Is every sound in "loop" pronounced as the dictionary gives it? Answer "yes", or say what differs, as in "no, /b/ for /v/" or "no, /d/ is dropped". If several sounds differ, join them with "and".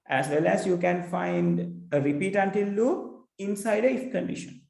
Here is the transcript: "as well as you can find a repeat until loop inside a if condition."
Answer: no, /p/ is dropped